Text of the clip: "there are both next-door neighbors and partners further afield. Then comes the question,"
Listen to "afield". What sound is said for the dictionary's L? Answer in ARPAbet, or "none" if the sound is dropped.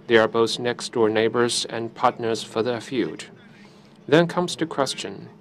none